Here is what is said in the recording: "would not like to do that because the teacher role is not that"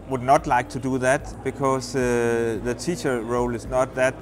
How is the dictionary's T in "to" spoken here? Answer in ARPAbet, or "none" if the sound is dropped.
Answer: T